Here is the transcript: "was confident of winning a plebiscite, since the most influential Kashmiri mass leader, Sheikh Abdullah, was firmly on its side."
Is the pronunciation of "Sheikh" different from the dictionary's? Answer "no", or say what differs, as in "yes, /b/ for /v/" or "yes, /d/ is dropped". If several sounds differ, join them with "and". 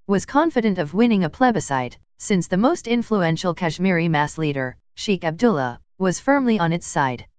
no